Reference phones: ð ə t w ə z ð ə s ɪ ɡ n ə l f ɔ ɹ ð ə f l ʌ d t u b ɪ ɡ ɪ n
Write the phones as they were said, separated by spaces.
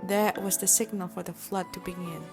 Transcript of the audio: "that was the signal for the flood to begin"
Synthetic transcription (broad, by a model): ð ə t w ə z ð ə s ɪ ɡ n ə l f ɔ ɹ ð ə f l ʌ d t u b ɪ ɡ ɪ n